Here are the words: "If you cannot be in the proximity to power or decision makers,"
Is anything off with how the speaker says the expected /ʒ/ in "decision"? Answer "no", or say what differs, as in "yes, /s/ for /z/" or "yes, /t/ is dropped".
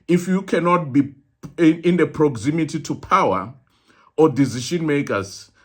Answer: yes, /ʃ/ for /ʒ/